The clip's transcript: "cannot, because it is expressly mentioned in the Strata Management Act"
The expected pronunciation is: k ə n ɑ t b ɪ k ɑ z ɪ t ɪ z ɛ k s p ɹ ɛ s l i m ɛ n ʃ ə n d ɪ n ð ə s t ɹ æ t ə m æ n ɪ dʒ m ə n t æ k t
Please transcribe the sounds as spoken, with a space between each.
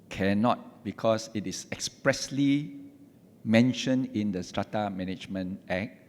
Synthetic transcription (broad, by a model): k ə n ɑ t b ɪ k ɑ s ɪ t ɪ s ɛ k s p ɹ ɛ s l i m ɛ n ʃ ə n ɪ n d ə s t ɹ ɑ t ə m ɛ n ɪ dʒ m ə n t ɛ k